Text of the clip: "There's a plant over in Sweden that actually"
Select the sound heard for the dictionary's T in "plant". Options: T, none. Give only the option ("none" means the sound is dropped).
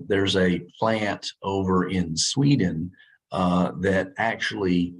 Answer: T